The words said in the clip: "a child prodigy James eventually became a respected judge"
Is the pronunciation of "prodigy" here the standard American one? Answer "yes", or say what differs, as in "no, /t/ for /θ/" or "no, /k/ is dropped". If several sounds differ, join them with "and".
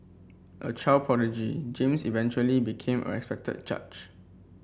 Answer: no, /ɹ/ is dropped